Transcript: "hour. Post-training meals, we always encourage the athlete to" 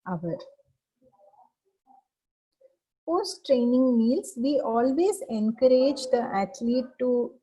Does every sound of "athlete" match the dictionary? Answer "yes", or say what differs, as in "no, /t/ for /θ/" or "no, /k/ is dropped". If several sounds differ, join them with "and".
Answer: no, /t/ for /θ/